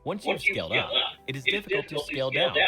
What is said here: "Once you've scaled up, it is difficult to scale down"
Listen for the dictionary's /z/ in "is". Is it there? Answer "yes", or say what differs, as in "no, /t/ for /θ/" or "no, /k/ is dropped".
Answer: yes